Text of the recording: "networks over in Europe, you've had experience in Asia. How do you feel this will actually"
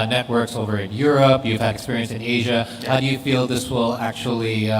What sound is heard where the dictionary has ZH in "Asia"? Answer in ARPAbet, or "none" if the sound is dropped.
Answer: ZH